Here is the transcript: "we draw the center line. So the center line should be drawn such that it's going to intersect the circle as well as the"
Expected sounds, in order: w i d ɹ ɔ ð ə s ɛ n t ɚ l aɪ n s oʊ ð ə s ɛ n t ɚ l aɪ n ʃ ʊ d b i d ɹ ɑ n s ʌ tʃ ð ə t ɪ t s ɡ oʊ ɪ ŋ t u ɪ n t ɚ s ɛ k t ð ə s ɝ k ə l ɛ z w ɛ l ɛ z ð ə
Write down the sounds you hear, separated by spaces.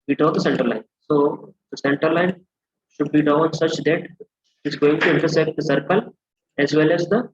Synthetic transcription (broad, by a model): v i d ɔ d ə s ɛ n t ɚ l aɪ n s oʊ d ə s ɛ n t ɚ l aɪ n ʃ ʊ d b i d ɑ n s ʌ tʃ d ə t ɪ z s ɡ oʊ ɪ ŋ t u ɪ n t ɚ s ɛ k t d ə s ɝ k ə l ɛ z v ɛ l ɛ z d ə